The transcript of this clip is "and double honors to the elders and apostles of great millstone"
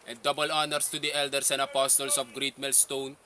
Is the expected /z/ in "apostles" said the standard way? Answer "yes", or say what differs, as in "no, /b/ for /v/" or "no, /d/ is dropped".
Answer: no, /s/ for /z/